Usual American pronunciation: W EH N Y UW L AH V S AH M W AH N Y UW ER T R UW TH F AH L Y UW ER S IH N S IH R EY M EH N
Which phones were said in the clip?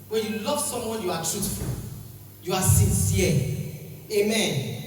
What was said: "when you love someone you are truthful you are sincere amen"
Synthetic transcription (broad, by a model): W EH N Y UW L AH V S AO M W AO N Y UW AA T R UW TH F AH L Y UW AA S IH N S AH L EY M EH N